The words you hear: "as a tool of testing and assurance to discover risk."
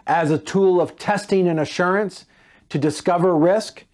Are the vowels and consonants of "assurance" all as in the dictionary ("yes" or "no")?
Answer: yes